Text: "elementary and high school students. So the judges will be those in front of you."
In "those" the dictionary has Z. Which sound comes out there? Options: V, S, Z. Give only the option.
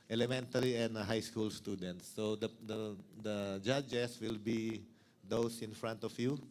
S